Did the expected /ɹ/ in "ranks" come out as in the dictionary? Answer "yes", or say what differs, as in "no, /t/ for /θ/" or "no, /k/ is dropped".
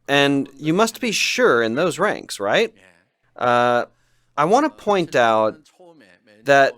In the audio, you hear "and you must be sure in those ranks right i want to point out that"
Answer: yes